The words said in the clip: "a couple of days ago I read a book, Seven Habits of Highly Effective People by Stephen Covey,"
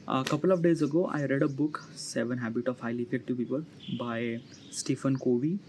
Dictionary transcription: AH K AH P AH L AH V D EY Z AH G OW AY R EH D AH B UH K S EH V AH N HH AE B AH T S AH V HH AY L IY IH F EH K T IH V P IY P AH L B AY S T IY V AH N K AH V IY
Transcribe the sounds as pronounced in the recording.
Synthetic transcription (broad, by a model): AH K AH P AH L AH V D EY Z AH G OW AY R EH D AH B UH K S EH V AH N HH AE B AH T AH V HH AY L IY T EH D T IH P IY P AH L B AY S T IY F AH N K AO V IY